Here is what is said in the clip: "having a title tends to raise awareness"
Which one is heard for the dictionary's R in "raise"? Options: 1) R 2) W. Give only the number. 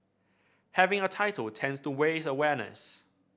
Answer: 2